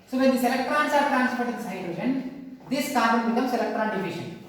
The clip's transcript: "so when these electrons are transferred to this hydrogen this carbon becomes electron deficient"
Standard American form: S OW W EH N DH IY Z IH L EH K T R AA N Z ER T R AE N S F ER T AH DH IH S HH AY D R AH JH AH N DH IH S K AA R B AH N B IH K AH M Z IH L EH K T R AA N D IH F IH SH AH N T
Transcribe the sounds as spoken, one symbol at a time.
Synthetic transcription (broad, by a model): S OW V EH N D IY S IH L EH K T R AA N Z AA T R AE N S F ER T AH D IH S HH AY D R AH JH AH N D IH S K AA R AH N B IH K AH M S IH L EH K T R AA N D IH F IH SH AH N